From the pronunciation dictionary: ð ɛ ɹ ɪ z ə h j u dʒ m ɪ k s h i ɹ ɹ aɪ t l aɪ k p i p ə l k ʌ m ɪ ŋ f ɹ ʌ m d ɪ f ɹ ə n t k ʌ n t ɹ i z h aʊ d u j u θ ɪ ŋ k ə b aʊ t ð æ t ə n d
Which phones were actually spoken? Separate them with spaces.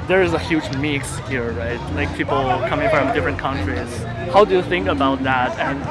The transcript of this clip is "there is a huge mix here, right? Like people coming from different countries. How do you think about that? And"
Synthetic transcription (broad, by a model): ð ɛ ɹ ɪ z ə h j u dʒ m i k s h i ɹ ɹ aɪ t l aɪ k p i p l k ʌ m ɪ ŋ f ɹ ʌ m d ɪ f ɹ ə n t k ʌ n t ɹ i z h aʊ d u j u θ ɪ ŋ k ə b aʊ t ð æ t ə n